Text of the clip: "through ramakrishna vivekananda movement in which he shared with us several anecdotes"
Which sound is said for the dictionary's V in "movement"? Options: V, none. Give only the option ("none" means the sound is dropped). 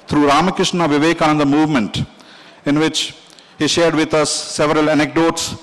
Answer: V